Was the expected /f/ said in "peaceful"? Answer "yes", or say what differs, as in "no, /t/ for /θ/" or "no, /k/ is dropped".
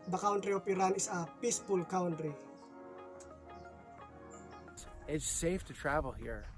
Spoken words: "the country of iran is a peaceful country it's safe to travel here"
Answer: no, /p/ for /f/